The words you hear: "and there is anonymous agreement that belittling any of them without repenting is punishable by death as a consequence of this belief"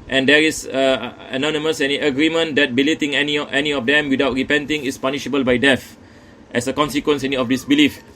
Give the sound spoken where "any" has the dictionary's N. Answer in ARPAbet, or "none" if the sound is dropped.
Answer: N